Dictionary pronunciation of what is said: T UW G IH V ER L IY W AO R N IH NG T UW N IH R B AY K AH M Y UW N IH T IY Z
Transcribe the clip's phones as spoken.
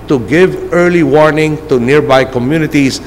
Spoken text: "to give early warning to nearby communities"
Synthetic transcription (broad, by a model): T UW G IH V ER L IY W AO R N IH NG T UW N IH R B AY K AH M Y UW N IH T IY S